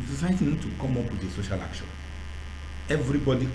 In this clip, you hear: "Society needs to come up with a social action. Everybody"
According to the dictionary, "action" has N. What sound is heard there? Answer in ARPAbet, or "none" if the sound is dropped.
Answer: none